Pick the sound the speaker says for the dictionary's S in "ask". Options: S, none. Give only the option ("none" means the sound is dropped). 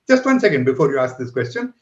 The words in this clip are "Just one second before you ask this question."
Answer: S